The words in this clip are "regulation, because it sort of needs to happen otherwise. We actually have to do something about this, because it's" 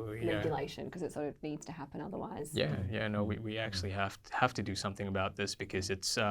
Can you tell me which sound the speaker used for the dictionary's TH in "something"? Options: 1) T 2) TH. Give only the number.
2